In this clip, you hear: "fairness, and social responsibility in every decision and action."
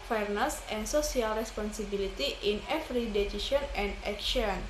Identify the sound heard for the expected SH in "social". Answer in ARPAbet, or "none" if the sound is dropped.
S